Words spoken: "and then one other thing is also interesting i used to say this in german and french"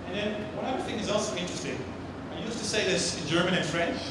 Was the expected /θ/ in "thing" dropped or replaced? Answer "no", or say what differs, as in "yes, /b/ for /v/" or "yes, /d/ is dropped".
no